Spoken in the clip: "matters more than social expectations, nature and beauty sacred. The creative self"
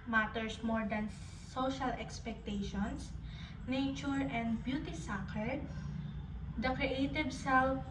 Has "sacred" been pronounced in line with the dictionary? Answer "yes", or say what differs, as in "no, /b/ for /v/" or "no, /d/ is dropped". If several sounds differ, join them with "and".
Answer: no, /ɹ/ is dropped